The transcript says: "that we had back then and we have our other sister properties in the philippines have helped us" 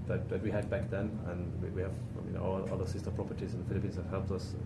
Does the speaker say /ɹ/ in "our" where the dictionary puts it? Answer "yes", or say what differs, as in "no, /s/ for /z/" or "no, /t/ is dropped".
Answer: no, /l/ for /ɹ/